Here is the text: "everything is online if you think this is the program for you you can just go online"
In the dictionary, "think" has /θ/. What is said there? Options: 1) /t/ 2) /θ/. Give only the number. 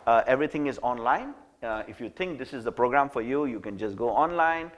1